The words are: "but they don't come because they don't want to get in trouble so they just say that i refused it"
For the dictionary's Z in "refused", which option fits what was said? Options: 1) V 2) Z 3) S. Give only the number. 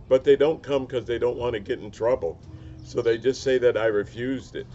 2